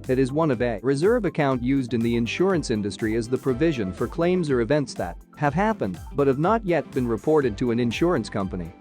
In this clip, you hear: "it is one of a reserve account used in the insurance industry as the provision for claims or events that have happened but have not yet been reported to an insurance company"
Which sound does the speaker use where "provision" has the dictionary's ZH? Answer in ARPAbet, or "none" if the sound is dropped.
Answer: ZH